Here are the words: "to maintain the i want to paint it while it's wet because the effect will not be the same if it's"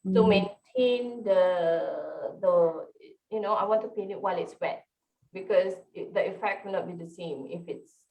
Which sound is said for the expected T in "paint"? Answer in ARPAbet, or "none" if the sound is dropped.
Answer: none